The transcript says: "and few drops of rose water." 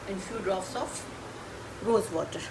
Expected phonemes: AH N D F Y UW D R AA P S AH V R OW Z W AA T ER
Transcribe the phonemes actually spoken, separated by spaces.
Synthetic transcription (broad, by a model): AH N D F Y UW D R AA F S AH F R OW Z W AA T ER